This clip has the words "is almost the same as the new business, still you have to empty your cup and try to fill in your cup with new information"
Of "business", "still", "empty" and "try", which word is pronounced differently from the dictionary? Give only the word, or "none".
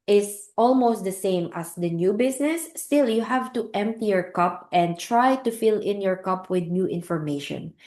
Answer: business